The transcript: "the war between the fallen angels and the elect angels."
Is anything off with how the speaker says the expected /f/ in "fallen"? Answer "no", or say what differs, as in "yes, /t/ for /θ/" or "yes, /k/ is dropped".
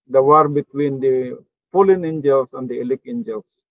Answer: yes, /p/ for /f/